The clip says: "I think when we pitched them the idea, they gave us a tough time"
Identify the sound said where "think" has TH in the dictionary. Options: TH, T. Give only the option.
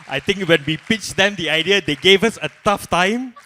T